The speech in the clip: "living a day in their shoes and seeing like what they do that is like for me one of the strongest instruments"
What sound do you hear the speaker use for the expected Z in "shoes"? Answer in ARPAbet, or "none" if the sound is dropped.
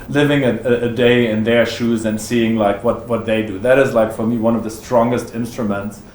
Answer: Z